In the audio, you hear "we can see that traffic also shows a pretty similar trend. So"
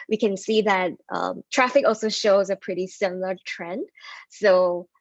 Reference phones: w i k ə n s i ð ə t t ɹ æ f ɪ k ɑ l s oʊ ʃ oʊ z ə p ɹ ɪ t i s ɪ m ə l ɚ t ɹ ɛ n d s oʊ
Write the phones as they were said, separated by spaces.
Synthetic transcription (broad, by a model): w i k ə n s i ð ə t t ɹ æ f ɪ k ɑ l s oʊ ʃ oʊ z ə p ɹ ɪ t i s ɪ m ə l ɚ t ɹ ɛ n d s oʊ